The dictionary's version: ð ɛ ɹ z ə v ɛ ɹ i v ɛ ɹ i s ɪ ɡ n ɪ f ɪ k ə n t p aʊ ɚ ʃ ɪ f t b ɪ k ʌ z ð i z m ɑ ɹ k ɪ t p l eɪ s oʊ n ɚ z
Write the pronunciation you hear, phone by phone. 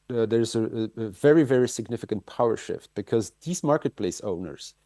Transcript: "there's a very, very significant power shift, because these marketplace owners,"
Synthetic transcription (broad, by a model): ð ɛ ɹ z ə v ɛ ɹ i v ɛ ɹ i s ɪ ɡ n ɪ f ɪ k ə n t p aʊ ɚ ʃ ɪ f t b ɪ k ʌ z ð i z m ɑ ɹ k ɪ t p l eɪ s oʊ n ɚ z